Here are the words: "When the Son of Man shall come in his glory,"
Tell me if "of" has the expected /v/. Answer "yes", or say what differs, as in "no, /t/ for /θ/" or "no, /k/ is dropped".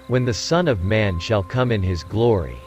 yes